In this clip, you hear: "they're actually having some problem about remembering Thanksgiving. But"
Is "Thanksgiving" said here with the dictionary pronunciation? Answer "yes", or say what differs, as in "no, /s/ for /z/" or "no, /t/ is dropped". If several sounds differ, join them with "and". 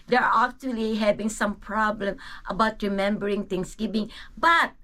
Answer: no, /k/ is dropped